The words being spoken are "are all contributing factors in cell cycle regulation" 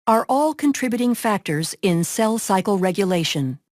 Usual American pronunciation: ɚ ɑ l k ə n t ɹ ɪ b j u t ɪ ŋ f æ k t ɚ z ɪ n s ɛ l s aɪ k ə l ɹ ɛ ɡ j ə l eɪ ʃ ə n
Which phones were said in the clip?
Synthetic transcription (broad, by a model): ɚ ɑ l k ə n t ɹ ɪ b j u t ɪ ŋ f æ k t ɚ z ɪ n s ɛ l s aɪ k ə l ɹ ɛ ɡ j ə l eɪ ʃ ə n